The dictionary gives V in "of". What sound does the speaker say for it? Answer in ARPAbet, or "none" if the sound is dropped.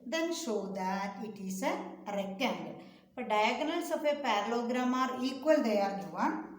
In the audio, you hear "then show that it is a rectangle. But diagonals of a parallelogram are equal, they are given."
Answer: P